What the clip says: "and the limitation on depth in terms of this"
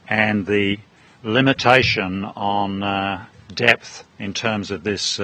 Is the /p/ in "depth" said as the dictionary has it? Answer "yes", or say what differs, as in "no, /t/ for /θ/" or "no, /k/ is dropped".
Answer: yes